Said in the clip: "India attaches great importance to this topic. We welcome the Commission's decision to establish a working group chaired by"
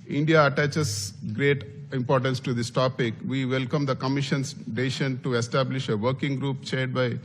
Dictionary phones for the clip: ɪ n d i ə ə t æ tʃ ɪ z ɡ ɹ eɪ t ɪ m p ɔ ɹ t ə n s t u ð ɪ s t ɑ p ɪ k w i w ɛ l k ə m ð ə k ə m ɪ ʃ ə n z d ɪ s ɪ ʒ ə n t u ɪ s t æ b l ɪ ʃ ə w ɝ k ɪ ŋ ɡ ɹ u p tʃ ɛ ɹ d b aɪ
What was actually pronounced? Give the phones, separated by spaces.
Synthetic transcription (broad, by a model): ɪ n d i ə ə t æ tʃ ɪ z ɡ ɹ eɪ t ɪ m p ɔ ɹ t ə n s t u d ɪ s t ɑ p ɪ k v i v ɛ l k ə m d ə k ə m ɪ ʃ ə n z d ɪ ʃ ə n t u ɪ s t æ b l ɪ ʃ ə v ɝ k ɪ ŋ ɡ ɹ u p tʃ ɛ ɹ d b aɪ